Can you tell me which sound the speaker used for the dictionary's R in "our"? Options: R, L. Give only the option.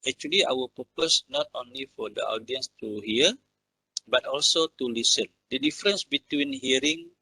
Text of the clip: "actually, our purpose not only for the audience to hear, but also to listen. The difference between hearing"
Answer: L